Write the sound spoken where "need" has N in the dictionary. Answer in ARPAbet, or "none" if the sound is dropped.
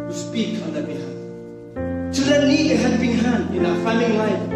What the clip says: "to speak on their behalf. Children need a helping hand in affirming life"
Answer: L